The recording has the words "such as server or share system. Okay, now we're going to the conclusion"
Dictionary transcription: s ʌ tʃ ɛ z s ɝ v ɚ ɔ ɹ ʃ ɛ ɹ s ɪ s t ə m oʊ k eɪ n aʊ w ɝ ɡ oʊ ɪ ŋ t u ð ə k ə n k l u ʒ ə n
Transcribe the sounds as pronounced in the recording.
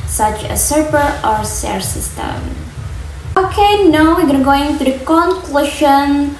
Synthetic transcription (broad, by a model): s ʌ tʃ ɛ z s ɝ p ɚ ɔ ɹ s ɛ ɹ s ɪ s t ə m oʊ k eɪ n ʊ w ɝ ɡ oʊ ɪ ŋ t u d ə k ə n k l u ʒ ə n